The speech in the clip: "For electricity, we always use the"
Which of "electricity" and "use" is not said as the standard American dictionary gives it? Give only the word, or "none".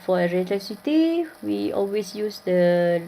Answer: electricity